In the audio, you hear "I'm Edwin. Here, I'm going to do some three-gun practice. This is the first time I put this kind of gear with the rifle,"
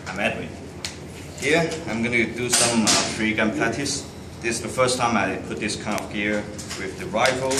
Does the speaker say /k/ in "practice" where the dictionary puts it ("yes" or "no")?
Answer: no